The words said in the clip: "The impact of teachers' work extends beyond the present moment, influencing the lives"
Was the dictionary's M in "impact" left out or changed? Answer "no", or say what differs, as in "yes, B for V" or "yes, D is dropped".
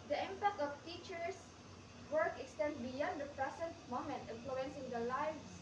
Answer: no